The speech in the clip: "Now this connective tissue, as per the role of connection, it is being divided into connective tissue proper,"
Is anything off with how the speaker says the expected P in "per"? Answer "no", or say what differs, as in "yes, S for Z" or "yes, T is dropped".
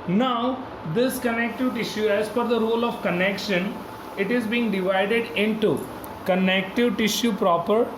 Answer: yes, F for P